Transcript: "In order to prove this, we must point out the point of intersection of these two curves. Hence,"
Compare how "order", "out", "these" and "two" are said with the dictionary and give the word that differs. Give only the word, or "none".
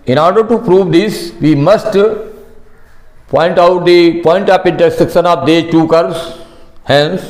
these